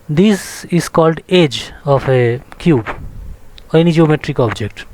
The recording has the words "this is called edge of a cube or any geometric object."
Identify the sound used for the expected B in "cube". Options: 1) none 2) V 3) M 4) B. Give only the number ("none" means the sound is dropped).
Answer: 4